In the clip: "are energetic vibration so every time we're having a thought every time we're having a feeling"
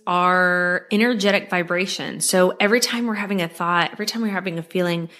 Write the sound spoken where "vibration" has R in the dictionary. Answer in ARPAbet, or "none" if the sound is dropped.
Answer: R